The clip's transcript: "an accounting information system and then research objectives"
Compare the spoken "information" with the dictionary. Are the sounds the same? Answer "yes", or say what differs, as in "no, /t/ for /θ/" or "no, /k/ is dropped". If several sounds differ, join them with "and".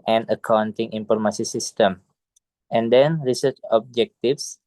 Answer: no, /s/ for /ʃ/